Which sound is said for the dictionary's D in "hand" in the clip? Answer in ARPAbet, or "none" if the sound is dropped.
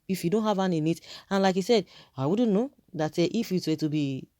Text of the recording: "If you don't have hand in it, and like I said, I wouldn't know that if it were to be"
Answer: none